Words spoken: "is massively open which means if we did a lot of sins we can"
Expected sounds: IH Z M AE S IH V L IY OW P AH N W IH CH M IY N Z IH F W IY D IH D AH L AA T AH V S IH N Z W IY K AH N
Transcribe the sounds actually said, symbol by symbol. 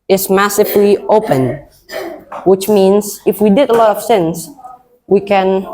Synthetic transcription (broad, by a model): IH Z M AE S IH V L IY OW P AH N W IH CH M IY N S IH F W IY D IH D AH L AA T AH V S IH N S W IY K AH N